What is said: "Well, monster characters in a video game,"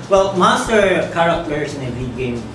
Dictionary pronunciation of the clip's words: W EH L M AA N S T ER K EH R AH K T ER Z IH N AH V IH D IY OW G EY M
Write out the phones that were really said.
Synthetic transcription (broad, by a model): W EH L M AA S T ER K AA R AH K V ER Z IH N AH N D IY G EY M